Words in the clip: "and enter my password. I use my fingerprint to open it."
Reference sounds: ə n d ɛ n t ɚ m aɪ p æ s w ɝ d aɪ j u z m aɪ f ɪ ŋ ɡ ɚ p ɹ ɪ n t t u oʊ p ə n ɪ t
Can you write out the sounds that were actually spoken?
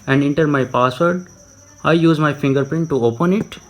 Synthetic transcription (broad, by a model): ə n d ɛ n t ɚ m aɪ p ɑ s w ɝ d aɪ j u z m aɪ f ɪ ŋ ɡ ɚ p ɹ ɪ n t t u oʊ p ə n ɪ t